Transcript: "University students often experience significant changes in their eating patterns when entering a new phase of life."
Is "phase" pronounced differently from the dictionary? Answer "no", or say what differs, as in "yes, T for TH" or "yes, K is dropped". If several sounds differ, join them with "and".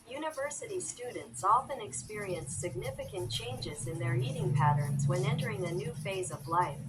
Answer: no